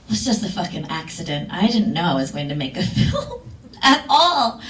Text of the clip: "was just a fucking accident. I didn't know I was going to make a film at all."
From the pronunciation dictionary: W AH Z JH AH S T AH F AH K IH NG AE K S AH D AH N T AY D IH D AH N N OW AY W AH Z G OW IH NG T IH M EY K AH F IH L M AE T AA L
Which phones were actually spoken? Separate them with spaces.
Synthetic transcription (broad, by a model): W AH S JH AH S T AH F AH K IH NG AE K S AH D AH N T AY D IH D N N OW AY W AH Z G OW IH NG T IH M EY K AH F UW L IH T AA L